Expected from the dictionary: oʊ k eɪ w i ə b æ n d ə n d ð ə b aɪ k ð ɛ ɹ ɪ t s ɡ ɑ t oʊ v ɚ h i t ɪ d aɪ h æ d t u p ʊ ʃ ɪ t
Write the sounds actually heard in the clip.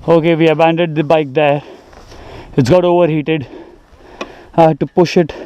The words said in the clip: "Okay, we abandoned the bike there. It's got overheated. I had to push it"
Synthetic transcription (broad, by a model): oʊ k eɪ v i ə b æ n d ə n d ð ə b aɪ k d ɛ ɪ t s ɡ ɑ t oʊ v ɚ h i t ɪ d d t u p ʊ ʃ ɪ t